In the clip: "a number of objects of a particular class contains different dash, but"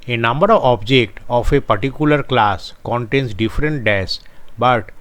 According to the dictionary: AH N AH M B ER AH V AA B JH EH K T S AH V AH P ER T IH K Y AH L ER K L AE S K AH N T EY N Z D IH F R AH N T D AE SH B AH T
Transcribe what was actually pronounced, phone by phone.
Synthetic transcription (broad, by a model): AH N AH M B ER AH V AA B JH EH K T AH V AH P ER T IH K Y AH L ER K L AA S K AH N T EY N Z D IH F R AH N T D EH S B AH T